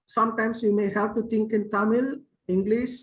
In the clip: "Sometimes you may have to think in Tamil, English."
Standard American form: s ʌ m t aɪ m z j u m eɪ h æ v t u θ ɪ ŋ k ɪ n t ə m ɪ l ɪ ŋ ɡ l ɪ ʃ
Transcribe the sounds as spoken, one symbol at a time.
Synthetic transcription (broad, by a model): s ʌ m t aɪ m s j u m eɪ h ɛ p t u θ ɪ ŋ k ɪ n t ə m ɪ l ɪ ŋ ɡ l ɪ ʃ